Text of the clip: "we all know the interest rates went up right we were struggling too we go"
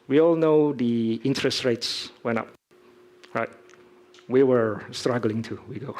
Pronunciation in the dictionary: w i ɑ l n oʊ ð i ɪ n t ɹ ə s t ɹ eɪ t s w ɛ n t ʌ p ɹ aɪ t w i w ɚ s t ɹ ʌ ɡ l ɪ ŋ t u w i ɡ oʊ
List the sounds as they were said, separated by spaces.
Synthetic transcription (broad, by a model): w i ɑ l n oʊ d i ɪ n t ɹ ə s t ɹ eɪ t s w ɛ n ʌ p ɹ aɪ t w i w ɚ s t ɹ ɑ ɡ l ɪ ŋ t u w i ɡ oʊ